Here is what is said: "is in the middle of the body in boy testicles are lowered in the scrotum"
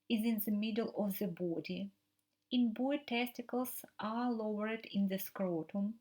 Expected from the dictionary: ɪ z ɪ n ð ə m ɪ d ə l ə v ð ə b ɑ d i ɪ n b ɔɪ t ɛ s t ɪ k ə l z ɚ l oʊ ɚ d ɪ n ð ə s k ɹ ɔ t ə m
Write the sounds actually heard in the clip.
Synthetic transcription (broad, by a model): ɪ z ɪ n ð ə m ɪ d ə l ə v ð ə b ɑ d i ɪ n b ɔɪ t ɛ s t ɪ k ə l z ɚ l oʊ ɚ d ɪ n ð ə s k ɹ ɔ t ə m